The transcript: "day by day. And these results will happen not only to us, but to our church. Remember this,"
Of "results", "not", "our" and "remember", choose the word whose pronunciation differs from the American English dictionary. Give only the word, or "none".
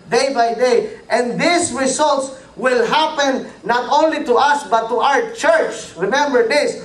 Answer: results